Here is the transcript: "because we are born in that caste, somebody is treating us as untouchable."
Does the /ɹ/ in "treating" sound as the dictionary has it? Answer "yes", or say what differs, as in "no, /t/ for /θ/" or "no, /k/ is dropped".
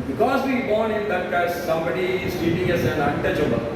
no, /ɹ/ is dropped